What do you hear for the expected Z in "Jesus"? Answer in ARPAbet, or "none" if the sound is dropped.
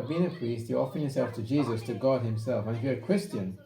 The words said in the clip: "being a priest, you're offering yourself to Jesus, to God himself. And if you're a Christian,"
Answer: Z